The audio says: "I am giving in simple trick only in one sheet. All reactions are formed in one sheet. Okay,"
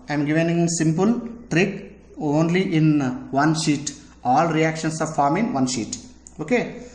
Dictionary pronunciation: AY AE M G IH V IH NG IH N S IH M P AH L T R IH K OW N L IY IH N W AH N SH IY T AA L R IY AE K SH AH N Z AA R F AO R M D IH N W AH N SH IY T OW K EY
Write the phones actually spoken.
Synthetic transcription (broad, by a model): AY M G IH V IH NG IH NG S IH M P AH L T R IH K OW N L IY IH N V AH N SH IY T AA L R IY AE K SH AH N S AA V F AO R M IH N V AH N SH IY T OW K EY